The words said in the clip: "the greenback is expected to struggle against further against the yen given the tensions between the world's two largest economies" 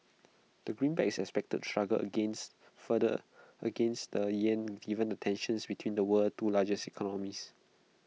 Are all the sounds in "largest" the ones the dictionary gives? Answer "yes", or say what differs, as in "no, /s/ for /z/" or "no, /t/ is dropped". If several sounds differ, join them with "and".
no, /t/ is dropped